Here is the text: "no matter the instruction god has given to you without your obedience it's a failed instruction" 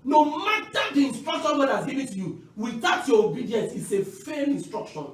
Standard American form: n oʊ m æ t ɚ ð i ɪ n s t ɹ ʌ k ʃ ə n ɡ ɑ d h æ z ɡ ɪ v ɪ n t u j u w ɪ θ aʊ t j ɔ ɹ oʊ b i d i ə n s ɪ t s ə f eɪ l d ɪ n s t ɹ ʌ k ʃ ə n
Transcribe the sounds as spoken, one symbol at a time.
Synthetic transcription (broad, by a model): n oʊ m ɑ t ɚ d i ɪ n s t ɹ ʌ k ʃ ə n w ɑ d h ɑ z ɡ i v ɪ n t u j u w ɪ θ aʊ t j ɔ oʊ b i d i ə n s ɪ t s ə f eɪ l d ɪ n s t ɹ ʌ k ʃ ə n